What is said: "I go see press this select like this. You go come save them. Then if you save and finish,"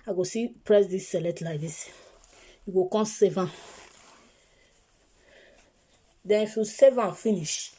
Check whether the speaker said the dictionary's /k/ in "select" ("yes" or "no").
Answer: no